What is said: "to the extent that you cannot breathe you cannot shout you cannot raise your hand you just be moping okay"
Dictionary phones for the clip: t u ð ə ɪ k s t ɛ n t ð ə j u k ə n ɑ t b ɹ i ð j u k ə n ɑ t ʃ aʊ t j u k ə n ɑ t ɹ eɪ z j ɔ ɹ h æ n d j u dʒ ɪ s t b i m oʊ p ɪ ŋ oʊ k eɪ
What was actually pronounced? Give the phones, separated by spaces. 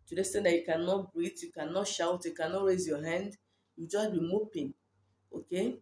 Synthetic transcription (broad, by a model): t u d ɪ s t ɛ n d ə j u k ə n ɑ t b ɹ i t j u k ə n ɑ t ʃ aʊ t j u k ə n ɑ t ɹ eɪ z j ɔ h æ n d j u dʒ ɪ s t b i m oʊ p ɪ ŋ oʊ k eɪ